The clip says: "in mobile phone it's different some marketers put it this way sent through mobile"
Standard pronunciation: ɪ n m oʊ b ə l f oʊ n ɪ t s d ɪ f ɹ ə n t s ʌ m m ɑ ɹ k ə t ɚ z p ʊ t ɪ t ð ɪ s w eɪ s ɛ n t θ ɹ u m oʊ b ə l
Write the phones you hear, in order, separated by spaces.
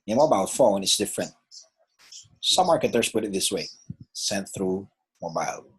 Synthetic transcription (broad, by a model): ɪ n m oʊ b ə l f oʊ n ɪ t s d ɪ f ɹ ə n t s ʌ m m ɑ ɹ k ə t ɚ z p ʊ t ɪ t ð ɪ s w eɪ s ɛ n θ ɹ u m oʊ b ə l